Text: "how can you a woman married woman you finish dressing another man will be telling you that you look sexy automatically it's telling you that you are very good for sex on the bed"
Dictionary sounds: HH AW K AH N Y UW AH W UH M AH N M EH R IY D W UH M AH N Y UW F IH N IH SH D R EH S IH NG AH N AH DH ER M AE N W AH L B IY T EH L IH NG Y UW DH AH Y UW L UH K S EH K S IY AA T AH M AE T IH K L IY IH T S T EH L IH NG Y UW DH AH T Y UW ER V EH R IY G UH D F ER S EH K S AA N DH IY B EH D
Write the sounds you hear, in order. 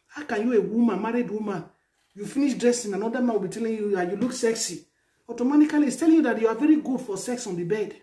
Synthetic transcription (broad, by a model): HH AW K AH N Y UW AH W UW M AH N M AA R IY D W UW M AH N Y UW F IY N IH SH D R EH S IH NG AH N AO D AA M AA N W AH L B IY T EH L IH NG Y UW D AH Y UW L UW K S EH K S IY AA T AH M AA T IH K L IY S T EH L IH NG Y UW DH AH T Y UW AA V EH R IY G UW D F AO S EH K S AA N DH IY B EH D